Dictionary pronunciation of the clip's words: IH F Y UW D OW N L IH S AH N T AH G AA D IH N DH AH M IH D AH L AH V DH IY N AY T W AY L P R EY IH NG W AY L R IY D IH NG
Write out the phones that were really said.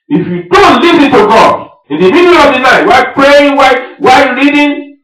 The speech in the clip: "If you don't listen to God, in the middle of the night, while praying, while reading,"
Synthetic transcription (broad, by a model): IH F Y UW D OW N L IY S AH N T AH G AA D IH N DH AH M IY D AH N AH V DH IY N AY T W AY P R EY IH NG W AY W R IY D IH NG